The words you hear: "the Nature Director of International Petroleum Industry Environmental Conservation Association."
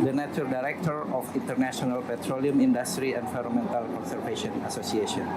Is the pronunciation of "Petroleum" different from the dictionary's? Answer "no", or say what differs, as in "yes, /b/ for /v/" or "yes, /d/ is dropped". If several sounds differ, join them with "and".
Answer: no